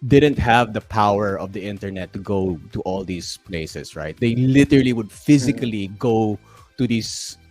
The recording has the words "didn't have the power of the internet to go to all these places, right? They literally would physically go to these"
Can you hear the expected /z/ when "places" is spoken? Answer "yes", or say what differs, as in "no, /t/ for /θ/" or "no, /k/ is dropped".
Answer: no, /s/ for /z/